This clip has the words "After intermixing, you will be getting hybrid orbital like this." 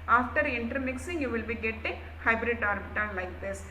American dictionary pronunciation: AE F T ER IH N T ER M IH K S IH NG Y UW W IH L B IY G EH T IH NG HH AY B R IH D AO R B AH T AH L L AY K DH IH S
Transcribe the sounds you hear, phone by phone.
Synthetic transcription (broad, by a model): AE F T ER IH N T ER M IH K S IH NG Y UW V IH L B IY G EH T IH NG HH AY B R IH D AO R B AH T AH N L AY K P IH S